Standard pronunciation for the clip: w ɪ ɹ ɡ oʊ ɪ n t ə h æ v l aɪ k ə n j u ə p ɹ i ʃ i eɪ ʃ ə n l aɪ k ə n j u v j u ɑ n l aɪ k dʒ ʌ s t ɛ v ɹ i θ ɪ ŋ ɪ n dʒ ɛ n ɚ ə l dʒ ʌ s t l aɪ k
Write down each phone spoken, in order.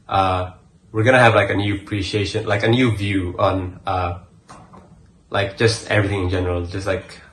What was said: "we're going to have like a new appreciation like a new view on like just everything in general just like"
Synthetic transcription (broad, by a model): w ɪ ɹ ɡ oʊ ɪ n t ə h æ v l aɪ k ə n j u ə p ɹ i ʃ i eɪ ʃ ə n l aɪ k ə n j u v j u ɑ n l aɪ k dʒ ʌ s t ɛ v ɹ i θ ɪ ŋ ɪ n dʒ ɛ n ɚ ə l dʒ ʌ s t l aɪ k